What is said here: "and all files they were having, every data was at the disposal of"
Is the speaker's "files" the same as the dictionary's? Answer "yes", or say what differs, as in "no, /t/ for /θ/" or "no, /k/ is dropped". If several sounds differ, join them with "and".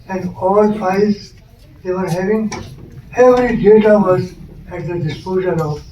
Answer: no, /l/ is dropped